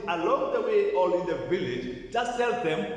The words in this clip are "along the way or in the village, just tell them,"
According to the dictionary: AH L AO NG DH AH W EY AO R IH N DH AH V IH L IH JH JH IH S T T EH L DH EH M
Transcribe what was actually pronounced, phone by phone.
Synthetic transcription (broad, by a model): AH L AO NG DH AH W EY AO L IH N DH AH V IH L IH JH JH IH S T S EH L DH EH M